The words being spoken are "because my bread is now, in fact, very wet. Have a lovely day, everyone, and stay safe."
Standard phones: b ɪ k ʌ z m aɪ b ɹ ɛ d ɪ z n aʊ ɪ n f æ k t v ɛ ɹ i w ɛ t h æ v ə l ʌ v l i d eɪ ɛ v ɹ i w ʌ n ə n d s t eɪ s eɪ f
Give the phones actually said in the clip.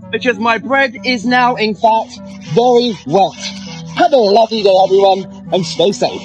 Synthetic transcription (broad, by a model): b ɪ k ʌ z m aɪ b ɹ ɛ d ɪ z n aʊ ɪ n f æ k t v ɛ ɹ i w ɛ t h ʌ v ə l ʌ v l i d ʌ ɛ v ɹ i w ʌ n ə n s t eɪ s eɪ f